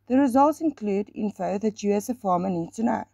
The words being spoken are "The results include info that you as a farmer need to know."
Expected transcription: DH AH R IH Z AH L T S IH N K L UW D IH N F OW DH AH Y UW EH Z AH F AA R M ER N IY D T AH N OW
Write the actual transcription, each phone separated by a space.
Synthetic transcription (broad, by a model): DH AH R IH Z AH L T S IH N K L UW D IH N F OW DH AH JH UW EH S AH F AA M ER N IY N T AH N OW